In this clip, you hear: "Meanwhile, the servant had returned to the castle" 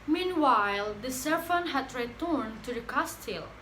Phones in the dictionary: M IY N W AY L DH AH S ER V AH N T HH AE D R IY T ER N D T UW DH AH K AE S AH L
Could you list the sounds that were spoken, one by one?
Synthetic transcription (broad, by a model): M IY N W AY L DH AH S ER F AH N HH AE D R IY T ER N T UW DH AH K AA S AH L